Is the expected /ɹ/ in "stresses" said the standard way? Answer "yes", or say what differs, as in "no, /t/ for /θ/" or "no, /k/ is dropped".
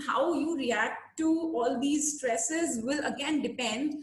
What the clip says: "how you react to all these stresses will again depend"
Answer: yes